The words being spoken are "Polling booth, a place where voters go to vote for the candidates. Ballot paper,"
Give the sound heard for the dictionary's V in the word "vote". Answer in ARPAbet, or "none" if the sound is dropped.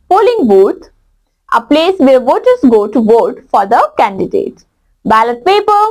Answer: V